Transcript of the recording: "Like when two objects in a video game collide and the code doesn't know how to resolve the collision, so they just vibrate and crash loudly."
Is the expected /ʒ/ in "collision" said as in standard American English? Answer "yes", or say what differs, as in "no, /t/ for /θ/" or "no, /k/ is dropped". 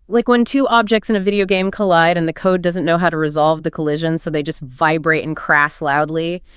yes